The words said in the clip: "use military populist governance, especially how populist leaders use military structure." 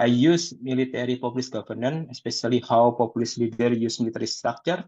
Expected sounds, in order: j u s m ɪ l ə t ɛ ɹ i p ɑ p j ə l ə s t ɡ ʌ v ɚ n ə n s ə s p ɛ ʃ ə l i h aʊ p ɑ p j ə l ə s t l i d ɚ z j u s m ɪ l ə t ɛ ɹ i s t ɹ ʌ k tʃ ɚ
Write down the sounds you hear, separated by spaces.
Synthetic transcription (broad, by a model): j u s m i l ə t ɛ ɹ i p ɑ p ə l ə s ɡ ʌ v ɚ n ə n ə s p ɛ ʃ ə l i h aʊ p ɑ p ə l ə s l i d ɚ j u s m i l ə t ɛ ɹ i s t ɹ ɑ k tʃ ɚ